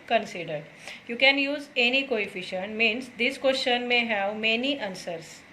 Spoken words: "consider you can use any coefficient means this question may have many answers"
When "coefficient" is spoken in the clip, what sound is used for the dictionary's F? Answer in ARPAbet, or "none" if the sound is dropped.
F